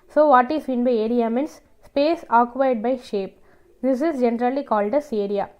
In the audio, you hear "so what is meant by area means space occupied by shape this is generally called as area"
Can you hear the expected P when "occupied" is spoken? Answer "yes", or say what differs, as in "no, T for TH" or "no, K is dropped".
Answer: no, P is dropped